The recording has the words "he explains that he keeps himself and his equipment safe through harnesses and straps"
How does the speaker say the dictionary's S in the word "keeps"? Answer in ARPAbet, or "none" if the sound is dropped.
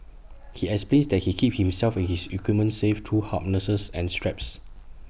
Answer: none